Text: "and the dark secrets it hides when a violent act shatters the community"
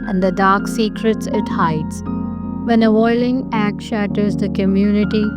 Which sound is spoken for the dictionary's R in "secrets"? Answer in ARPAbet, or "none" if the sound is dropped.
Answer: R